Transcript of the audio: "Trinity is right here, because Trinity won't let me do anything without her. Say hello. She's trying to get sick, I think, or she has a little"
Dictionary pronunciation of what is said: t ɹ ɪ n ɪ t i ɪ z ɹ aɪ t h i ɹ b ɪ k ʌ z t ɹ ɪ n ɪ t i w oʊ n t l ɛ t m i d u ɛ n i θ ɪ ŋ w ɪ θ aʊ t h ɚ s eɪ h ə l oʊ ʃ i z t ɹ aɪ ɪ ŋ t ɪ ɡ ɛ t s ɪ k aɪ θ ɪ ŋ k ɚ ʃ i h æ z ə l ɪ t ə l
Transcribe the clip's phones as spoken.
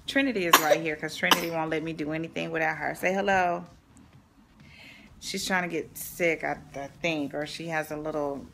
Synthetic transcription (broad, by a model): t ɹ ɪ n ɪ t i ɪ z ɹ aɪ t h i ɹ k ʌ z t ɹ ɪ n ɪ t i w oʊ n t l ɛ t m i d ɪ ɛ n i θ ɪ ŋ w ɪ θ aʊ t h ɚ s eɪ h ə l oʊ ʃ i z t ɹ aɪ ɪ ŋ t ɪ ɡ ɛ t s ɪ k aɪ θ ɪ ŋ k ɚ ʃ i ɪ z ə l ɪ t l